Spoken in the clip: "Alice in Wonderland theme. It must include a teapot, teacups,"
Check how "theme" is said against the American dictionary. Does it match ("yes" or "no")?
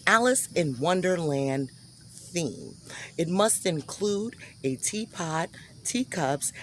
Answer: yes